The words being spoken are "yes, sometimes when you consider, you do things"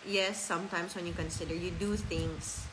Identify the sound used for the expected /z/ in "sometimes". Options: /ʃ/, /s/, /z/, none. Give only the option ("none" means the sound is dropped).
/s/